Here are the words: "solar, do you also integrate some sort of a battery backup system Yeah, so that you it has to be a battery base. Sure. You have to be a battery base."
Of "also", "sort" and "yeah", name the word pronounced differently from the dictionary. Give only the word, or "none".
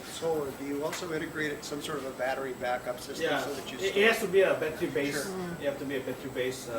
none